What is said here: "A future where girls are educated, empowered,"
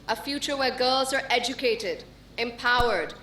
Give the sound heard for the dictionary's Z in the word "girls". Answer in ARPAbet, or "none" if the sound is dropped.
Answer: Z